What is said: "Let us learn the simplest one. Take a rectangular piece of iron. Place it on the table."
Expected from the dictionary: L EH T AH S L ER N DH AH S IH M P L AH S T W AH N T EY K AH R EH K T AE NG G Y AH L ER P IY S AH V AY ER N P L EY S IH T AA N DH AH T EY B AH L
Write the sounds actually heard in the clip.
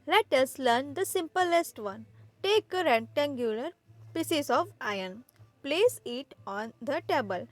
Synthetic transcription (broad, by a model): L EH T AH S L ER N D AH S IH M P L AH S T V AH N T EY K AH R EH T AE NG G Y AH L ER P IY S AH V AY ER N P L EY S IH T AA N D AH T EY B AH L